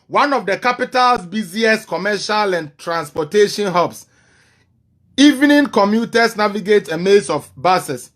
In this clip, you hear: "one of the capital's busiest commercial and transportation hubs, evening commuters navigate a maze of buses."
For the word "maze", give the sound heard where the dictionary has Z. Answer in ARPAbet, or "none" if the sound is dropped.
S